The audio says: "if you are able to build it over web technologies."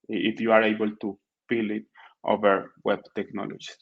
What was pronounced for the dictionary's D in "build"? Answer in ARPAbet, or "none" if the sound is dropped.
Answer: none